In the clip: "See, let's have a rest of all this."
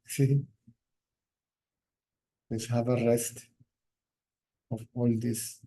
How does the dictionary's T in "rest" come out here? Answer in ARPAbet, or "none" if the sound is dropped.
T